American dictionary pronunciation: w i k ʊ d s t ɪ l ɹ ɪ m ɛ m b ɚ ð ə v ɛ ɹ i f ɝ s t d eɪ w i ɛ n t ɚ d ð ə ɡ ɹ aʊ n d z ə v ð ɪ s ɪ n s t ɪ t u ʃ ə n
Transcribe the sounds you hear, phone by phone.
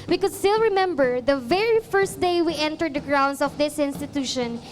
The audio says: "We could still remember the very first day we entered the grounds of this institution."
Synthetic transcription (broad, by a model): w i k ʊ d s t ɪ l ɹ ɪ m ɛ m b ɚ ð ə v ɛ ɹ i f ɝ s t d eɪ w i ɛ n t ɚ d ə ɡ ɹ aʊ n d s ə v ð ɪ s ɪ n s t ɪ t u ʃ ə n